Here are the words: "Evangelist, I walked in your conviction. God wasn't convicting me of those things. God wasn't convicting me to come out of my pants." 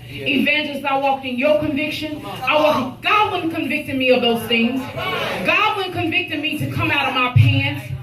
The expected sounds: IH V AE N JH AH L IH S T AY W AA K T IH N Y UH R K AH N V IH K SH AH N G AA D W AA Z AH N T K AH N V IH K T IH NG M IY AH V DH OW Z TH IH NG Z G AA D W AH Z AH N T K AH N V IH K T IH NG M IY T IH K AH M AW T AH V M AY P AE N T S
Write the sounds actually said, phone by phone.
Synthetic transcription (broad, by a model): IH V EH N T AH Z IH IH W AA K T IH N Y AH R K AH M V IH K SH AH N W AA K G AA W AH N K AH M V IH K T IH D M IY AH V DH OW Z TH IH NG Z G AA D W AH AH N K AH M V IH K T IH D M IY T IH K AH M AW T AH V M AY P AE N